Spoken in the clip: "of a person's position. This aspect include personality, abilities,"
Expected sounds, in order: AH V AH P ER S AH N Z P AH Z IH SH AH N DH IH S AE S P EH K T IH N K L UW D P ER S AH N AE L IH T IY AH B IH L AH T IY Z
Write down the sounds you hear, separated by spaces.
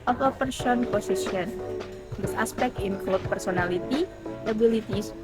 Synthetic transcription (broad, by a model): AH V AH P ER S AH N P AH S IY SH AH N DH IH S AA S P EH K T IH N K L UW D P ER S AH N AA L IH T IY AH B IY L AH T IY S